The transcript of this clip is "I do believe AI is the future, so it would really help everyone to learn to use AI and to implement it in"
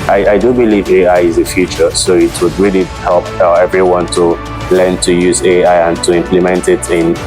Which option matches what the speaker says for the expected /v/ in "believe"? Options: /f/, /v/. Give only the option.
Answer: /v/